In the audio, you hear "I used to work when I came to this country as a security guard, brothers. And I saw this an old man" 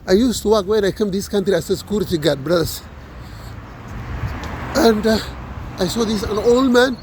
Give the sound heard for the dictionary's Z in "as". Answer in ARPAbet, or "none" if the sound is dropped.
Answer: S